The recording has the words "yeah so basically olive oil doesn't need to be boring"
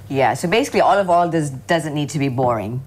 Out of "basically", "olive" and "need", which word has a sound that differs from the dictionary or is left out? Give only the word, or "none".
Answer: none